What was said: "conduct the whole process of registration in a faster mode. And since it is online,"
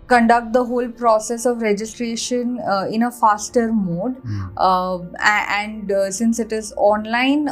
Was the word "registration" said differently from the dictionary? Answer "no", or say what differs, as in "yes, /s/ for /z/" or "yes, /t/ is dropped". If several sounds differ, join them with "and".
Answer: no